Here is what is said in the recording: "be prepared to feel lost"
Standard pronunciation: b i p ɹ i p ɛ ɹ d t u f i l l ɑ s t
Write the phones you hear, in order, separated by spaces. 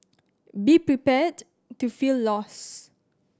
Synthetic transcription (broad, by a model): b i p ɹ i p ɛ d t u f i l l ɑ s